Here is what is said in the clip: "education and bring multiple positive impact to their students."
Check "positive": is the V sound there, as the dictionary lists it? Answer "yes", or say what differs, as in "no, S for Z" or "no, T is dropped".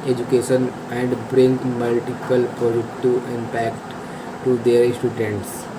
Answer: no, V is dropped